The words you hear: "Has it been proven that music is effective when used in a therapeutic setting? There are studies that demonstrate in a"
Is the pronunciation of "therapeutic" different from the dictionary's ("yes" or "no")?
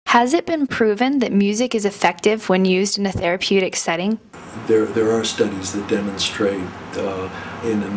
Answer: no